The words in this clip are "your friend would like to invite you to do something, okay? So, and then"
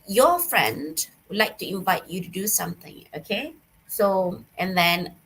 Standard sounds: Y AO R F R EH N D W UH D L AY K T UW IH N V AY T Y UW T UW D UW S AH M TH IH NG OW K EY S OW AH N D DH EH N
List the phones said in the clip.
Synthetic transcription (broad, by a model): Y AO F R EH N D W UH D L AY K T UW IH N V AY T Y UW T UW D UW S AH M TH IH NG OW K EY S OW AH N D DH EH N